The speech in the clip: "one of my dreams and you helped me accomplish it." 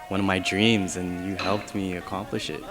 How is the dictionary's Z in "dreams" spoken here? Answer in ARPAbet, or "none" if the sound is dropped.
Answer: Z